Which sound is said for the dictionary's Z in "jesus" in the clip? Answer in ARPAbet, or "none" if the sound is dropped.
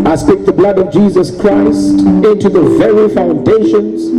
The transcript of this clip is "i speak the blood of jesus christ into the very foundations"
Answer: Z